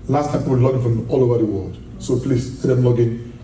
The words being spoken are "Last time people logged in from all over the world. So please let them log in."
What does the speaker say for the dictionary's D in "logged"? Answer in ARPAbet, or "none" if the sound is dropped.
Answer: none